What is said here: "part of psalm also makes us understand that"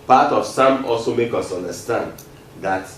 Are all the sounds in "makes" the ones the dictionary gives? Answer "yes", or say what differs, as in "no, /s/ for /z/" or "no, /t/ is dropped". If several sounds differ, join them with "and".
no, /s/ is dropped